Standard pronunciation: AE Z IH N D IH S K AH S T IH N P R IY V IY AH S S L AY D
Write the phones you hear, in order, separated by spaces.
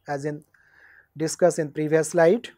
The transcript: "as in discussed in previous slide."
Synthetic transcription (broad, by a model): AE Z IH N D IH S K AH S IH N P R IY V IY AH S S L AY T